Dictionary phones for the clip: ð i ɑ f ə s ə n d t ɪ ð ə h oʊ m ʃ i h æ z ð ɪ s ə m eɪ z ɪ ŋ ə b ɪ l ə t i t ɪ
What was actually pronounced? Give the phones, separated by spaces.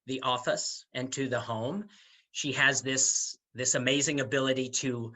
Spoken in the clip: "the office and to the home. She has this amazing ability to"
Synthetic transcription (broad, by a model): ð i ɑ f ə s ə n t ɪ ð ə h oʊ m ʃ i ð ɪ s ð ɪ s ə m eɪ z ɪ ŋ ə b ɪ l ə t i t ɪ